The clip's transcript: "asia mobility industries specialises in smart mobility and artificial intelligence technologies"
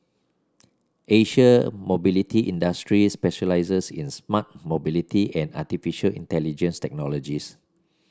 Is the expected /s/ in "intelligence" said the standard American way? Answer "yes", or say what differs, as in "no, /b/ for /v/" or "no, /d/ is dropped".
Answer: yes